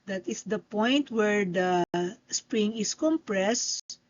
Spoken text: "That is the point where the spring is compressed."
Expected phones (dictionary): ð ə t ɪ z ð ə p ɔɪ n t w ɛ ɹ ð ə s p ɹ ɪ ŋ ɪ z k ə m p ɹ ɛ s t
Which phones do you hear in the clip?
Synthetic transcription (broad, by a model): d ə t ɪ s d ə p ɔɪ n t w ɛ ɹ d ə s p ɹ ɪ ŋ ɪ s k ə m p ɹ ɛ s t